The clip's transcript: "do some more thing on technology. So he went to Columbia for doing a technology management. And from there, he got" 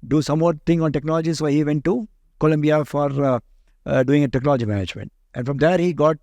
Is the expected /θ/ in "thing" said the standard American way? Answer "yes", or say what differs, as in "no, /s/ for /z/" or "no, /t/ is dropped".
no, /t/ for /θ/